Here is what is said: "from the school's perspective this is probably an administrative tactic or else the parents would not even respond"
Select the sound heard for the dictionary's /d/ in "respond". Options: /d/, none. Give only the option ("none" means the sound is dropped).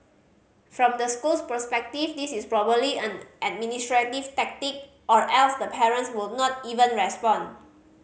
none